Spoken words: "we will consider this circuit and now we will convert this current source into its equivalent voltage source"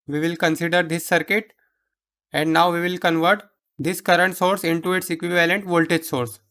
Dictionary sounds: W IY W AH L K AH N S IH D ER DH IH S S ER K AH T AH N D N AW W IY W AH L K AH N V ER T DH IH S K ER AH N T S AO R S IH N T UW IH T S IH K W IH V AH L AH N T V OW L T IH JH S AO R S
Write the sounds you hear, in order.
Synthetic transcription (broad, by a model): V IY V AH L K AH N S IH D ER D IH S S ER K AH T AH N D N AW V IY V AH L K AH N V ER T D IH S K ER AH N T S AO R S IH N T UW IH T S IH K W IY V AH L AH N T V OW L T IH JH S AO R S